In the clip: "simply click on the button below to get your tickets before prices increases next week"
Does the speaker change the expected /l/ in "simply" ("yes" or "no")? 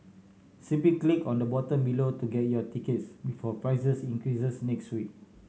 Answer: yes